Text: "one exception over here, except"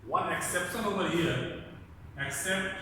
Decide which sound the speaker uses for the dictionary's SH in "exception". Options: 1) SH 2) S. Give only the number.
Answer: 2